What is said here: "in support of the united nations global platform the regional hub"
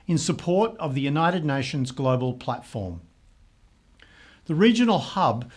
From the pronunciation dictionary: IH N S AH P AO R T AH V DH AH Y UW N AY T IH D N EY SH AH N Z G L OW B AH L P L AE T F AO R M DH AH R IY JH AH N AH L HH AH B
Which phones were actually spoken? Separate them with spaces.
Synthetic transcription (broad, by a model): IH N S AH P AO R T AH V DH AH Y UW N AY T IH D N EY SH AH N Z G L OW B AH L P L AE T F AO R M DH AH R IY JH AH N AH L HH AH B